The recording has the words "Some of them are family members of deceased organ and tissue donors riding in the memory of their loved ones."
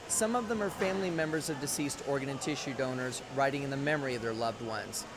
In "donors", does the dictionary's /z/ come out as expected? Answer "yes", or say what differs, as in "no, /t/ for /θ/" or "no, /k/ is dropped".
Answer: yes